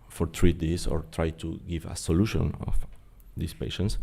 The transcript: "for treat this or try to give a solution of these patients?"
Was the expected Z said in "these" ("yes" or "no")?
no